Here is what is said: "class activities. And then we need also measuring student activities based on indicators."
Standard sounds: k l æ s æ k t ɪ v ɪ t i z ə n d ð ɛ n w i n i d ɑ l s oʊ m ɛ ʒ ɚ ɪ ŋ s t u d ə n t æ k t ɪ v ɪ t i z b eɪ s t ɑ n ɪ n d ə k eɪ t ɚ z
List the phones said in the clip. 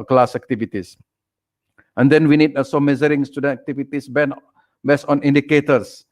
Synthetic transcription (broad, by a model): k l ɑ s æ k t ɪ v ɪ t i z ə n d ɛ n w i n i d ɑ l s oʊ m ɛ z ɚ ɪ ŋ s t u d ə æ k t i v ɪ t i s b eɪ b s ɑ n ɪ n d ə k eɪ t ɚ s